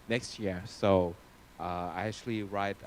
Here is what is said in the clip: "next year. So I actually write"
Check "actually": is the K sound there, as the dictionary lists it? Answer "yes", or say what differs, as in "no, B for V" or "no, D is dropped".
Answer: yes